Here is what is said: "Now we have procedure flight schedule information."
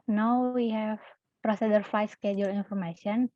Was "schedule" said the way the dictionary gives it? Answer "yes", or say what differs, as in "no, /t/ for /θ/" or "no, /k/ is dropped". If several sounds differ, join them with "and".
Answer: yes